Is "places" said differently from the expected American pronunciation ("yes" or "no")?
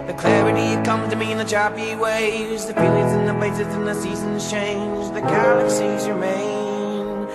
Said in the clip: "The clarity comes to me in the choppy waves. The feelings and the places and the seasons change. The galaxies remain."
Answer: no